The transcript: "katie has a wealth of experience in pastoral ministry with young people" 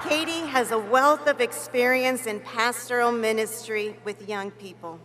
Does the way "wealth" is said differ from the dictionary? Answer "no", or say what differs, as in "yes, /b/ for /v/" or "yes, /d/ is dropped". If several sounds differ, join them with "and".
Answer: no